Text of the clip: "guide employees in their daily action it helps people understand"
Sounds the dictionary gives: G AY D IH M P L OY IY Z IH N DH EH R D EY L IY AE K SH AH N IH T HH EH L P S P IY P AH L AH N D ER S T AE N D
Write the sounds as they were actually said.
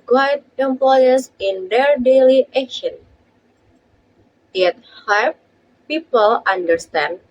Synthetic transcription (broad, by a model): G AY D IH M P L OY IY S IH N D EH R D EY L IY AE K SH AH N IH T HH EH P P IY P AH L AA N D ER S T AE N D